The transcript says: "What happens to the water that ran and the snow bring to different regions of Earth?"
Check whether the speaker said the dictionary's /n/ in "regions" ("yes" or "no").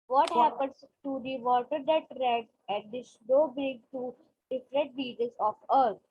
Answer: no